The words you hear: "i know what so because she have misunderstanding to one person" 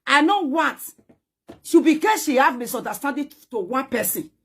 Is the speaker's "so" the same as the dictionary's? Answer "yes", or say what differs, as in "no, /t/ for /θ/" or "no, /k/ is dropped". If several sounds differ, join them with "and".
no, /ʃ/ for /s/